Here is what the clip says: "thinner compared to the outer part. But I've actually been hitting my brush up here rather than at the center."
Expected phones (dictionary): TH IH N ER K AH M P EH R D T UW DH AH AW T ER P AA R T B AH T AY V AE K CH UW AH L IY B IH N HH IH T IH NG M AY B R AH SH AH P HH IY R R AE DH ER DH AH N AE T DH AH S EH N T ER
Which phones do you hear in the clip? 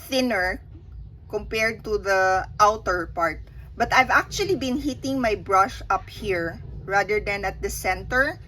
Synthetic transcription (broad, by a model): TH IH N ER K AH M P EH R D T UW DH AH AW T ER P AA R T B AH T AY V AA K CH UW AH L IY B IH N HH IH T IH NG M AY B R AH SH AH P HH IY R R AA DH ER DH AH N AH T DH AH S EH N T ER